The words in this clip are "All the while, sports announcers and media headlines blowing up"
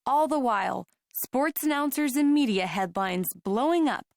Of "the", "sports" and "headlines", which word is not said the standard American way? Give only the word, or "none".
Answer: none